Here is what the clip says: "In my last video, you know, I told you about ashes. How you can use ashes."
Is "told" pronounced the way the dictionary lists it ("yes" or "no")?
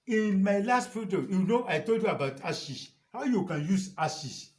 yes